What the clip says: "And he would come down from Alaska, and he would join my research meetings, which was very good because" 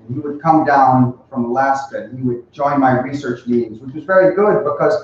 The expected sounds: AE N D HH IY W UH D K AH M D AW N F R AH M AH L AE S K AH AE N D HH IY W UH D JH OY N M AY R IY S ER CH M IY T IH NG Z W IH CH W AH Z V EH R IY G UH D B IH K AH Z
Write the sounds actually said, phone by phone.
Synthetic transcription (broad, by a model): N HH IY W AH D K AH M D AW N F R AH M AH L AE S K AH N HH IY W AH D JH OY N M AY R IY S ER CH M IY T IH NG Z W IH CH W AH Z V EH R IY G UH D B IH K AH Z